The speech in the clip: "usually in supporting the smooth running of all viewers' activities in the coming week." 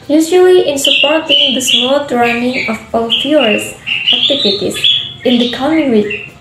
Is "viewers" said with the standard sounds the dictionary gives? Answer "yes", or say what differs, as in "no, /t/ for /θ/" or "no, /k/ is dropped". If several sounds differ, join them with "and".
no, /f/ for /v/